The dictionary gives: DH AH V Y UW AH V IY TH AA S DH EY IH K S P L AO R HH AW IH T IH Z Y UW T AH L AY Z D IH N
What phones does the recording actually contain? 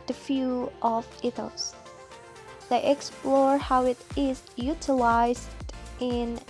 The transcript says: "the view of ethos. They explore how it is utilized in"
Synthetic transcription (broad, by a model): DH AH F Y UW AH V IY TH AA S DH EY IH K S P L AO R HH AW IH T IH Z Y UW T AH L AY Z D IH N